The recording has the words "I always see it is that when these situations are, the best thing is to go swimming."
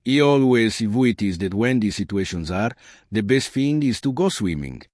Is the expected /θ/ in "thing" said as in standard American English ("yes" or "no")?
no